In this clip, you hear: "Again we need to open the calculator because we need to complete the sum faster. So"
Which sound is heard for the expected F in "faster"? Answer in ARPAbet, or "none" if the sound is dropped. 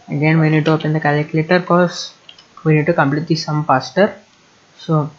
P